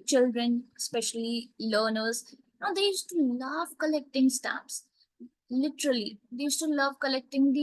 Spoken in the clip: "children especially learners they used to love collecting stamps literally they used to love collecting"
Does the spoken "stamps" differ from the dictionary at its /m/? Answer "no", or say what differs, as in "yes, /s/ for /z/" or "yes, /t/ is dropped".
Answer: yes, /m/ is dropped